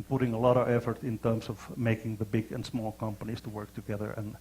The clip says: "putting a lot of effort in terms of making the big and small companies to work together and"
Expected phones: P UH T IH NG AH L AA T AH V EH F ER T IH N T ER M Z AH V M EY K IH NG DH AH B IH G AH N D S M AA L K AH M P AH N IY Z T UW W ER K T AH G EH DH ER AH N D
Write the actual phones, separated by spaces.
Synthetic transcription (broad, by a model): P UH T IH NG AH L AA T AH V EH F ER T IH N T ER M S AH V M EY K IH NG DH AH B IH G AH N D S M AA L K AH M P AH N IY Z T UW W ER K T AH G EH DH ER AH N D